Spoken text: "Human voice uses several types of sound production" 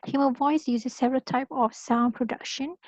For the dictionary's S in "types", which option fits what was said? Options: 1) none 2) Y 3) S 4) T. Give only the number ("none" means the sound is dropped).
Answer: 1